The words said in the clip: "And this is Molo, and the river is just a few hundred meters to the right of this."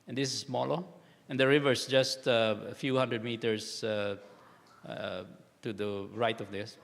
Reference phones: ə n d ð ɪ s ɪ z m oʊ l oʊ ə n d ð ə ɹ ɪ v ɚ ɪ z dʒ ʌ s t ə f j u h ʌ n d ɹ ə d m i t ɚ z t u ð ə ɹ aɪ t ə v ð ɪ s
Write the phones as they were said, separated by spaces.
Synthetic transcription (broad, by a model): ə n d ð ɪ s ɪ s m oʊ l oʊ ə n d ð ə ɹ ɪ v ɚ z dʒ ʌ s t ə f j u h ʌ n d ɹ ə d m i t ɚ s t u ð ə ɹ aɪ t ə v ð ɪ s